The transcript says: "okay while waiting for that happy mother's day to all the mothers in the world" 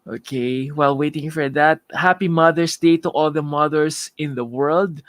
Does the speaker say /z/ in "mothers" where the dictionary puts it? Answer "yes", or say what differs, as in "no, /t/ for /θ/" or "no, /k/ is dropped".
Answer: no, /s/ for /z/